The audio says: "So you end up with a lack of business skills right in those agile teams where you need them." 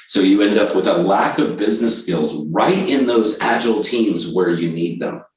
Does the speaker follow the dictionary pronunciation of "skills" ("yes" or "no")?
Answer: yes